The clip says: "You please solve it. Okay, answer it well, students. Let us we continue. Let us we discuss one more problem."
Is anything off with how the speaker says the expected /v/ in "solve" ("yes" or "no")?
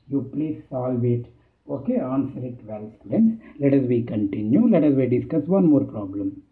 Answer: no